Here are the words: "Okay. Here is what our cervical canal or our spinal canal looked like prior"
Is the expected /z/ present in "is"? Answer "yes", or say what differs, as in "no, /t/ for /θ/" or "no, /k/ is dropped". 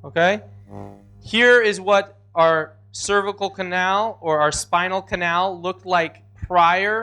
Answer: yes